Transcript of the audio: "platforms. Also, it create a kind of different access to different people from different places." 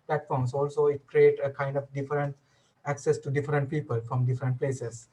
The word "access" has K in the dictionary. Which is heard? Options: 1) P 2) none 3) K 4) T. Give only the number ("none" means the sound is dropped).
3